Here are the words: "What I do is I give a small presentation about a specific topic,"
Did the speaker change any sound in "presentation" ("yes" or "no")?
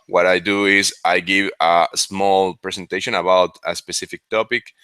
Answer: yes